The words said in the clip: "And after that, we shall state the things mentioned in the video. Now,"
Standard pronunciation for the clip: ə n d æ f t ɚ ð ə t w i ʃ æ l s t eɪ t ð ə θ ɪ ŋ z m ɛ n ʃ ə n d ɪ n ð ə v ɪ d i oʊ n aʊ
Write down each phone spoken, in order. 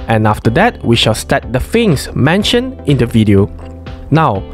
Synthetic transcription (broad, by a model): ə n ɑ f t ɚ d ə t w i ʃ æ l s t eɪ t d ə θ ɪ ŋ s m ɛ n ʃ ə n ɪ n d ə v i d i oʊ n aʊ